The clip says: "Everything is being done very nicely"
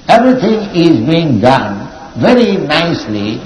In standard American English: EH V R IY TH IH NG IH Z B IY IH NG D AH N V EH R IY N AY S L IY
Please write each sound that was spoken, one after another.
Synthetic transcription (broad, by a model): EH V R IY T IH NG IH Z B IY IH NG D AH N V EH R IY N AY S L IY